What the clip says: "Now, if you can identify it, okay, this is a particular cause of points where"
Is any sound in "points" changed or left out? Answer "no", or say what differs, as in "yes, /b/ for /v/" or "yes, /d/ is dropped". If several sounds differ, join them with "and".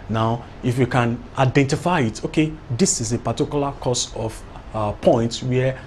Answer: yes, /s/ is dropped